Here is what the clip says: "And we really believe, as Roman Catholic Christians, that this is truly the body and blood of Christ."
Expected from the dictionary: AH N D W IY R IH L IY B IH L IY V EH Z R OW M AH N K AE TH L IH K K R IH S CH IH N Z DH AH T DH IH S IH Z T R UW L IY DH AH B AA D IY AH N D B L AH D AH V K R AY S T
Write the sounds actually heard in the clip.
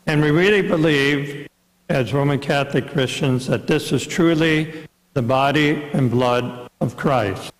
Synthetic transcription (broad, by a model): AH N W IY R IH L IY B IH L IY V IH Z R OW M AH N K AE TH L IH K K R IH S CH IH N Z DH AH T DH IH S IH Z T R UW L IY DH AH B AA D IY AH N B L AH D AH V K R AY S T